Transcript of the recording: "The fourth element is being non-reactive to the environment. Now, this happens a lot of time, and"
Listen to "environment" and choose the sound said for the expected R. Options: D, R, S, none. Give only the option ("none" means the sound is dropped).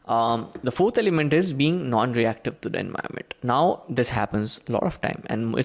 none